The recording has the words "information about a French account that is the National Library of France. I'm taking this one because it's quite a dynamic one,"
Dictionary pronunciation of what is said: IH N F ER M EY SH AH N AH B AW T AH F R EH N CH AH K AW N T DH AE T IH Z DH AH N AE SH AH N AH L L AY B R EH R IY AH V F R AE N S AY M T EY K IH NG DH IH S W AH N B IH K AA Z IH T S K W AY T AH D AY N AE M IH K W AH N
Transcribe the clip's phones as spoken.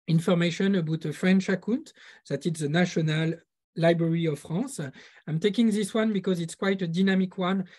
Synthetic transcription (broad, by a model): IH N F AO M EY SH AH N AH B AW T AH F R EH N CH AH K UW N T DH AE T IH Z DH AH N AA SH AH N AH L L AY B R EH R IY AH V F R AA S AY M T EY K IH NG DH IH S W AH N B IH K AA Z IH T S K W AY T AH D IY N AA M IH K W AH N